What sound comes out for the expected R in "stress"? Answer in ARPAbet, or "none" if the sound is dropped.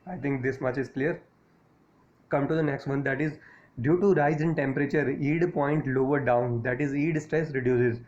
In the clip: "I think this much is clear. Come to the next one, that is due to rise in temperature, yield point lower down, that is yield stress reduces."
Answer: R